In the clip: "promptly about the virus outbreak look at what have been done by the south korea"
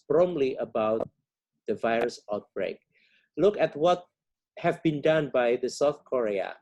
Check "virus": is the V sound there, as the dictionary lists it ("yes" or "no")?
yes